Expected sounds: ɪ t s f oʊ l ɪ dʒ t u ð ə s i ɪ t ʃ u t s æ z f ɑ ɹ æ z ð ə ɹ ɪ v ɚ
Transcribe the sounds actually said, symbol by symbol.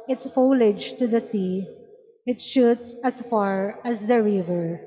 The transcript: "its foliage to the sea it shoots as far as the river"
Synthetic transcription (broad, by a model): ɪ t s f oʊ l ɪ dʒ t u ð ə s i ɪ t ʃ u t s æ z f ɑ ɹ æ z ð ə ɹ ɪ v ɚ